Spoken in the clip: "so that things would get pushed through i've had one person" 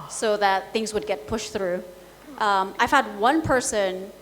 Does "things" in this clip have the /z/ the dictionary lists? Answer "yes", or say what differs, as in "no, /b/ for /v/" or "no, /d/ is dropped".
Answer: yes